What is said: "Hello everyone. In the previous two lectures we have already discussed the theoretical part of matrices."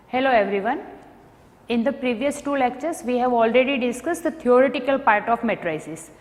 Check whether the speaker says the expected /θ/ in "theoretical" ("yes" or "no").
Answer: no